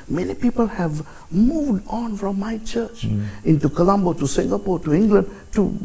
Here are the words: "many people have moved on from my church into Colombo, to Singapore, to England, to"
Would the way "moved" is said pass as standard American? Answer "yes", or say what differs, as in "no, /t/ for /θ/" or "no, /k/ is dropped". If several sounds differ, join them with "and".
yes